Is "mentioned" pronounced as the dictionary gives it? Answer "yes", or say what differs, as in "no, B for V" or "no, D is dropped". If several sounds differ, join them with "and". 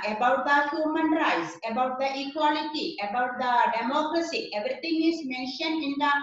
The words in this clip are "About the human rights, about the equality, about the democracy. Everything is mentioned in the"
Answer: no, D is dropped